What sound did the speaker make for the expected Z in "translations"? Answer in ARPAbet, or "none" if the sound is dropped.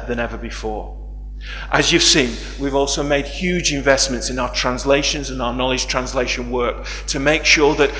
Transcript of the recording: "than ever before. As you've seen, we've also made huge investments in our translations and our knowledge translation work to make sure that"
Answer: Z